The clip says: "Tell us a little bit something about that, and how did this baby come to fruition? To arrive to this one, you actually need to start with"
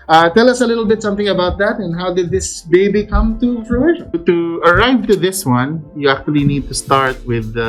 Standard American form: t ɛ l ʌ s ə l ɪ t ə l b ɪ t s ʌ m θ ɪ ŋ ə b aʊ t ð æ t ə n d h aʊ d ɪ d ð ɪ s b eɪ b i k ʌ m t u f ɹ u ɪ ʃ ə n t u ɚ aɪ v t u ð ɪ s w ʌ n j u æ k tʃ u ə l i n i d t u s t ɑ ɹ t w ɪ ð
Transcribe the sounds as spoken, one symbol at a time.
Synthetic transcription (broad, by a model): t ɛ l ʌ s ə l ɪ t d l b ɪ t s ʌ m θ ɪ ŋ ə b aʊ t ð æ t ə n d h aʊ d ɪ d ð ɪ s b eɪ b i k ʌ m t u p ɹ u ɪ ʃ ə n t u ɚ aɪ v t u ð ɪ s w ʌ n j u æ k tʃ u ə l i n i d t u s t ɑ ɹ t w ɪ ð